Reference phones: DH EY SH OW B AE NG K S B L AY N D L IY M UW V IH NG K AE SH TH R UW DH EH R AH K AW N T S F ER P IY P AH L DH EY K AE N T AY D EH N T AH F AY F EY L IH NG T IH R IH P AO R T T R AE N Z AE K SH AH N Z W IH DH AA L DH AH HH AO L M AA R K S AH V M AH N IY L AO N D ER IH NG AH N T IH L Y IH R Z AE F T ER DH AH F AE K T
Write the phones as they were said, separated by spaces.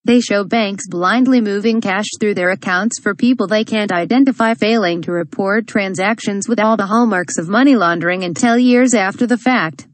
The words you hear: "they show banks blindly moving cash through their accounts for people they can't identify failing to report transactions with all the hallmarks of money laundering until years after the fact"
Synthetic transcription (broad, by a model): DH EY SH OW B AE NG K S B L AY N D L IY M UW V IH NG K AE SH TH R UW DH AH R AH K AW N T S F ER P IY P L DH EY K AE N T AY D EH N T AH F AY F EY L IH NG T IH R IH P AO R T T R AE N Z AE K SH AH N Z W IH DH AA L DH AH HH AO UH M AA R K S AH V M AH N IY L AO N D ER IH NG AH N T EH L Y IH R Z AE F T ER DH AH F AE K T